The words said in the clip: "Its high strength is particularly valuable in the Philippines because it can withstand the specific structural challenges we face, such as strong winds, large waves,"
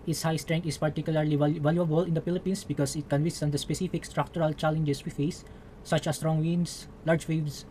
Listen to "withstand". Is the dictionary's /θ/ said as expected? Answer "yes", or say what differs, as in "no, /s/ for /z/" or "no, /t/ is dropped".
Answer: no, /s/ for /θ/